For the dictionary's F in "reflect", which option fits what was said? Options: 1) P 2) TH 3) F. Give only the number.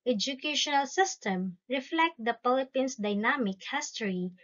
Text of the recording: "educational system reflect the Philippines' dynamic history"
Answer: 3